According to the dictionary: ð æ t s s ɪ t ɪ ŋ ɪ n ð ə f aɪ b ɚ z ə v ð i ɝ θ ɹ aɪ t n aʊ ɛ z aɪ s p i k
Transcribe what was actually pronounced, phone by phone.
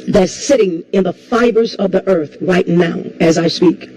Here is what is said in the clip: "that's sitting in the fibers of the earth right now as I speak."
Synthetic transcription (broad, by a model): ð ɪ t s s ɪ t ɪ ŋ ɪ n ð ə f aɪ b ɚ z ə v ð i ɝ θ ɹ aɪ t n aʊ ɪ z aɪ s p i k